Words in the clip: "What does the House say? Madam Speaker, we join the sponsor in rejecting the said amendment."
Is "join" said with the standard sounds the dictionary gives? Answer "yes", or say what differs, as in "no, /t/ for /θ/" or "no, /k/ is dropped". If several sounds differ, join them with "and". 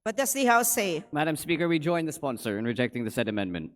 yes